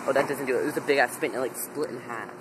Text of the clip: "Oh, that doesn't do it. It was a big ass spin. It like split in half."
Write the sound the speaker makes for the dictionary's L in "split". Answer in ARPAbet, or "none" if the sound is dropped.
L